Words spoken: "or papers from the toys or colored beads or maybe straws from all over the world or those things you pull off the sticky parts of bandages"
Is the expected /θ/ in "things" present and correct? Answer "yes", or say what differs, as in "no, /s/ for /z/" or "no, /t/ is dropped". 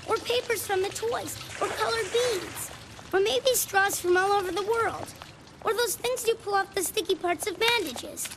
yes